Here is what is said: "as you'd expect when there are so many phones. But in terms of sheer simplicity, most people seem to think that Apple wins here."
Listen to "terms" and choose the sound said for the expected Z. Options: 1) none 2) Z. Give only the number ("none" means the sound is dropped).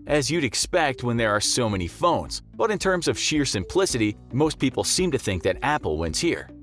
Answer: 2